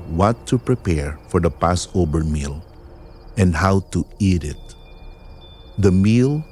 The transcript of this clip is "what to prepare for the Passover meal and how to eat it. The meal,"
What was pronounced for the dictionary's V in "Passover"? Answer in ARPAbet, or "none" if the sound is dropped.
B